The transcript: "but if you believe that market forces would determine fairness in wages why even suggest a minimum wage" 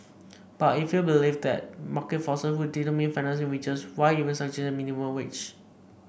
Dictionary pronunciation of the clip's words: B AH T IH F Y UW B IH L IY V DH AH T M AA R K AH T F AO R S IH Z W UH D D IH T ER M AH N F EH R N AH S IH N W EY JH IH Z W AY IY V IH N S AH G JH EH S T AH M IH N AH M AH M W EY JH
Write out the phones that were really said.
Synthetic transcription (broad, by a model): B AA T IH F Y UW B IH L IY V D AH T M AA K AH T F AO S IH S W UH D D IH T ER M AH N F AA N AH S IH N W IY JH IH S W AY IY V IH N S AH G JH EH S AH M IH N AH M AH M W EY CH